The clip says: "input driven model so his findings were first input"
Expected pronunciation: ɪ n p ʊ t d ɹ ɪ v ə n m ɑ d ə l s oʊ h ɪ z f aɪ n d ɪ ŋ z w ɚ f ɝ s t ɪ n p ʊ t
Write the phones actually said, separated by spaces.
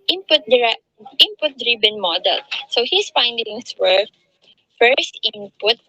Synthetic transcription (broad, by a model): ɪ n p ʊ t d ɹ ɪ p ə n m ɑ d ə l s oʊ h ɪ s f aɪ n d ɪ ŋ s w ɚ f ɝ s t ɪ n p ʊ t